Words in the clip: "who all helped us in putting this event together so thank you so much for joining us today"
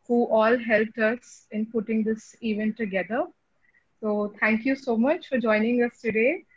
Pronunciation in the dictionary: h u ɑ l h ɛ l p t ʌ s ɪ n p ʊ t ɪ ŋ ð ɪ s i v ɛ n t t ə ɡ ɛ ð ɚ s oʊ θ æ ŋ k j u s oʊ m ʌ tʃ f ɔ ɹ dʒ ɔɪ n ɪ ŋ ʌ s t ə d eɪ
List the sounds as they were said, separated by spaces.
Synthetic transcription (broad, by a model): h u ɑ l h ɛ l p t ʌ s ɪ n p ʊ t ɪ ŋ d ɪ s i v ɛ n t t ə ɡ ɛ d ɚ s oʊ t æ ŋ k j u s oʊ m ʌ tʃ f ɔ ɹ dʒ ɔɪ n ɪ ŋ ʌ s t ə d eɪ